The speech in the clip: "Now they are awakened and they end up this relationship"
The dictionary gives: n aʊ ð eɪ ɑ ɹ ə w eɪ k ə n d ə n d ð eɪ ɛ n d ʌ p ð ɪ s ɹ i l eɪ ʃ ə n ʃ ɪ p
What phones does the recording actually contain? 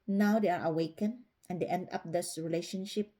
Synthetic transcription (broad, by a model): n aʊ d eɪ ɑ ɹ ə w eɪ k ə n ə n d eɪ ɛ n d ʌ p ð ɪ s ɹ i l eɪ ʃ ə n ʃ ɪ p